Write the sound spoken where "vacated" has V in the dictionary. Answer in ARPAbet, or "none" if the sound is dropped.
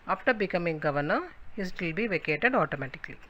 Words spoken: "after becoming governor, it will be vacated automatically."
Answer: V